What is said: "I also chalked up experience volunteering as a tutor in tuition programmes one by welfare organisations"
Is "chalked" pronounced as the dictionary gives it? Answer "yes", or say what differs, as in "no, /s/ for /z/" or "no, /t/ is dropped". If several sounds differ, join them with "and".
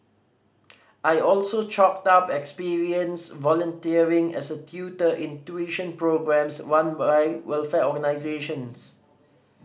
yes